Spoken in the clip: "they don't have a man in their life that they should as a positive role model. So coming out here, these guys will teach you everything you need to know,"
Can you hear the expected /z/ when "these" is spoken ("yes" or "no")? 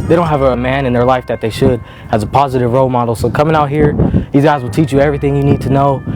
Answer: yes